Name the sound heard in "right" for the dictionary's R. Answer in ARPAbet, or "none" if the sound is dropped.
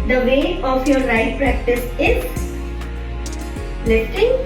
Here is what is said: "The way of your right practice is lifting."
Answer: L